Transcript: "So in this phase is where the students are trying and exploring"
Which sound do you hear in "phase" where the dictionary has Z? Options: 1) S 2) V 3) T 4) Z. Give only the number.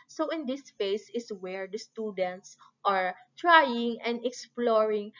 1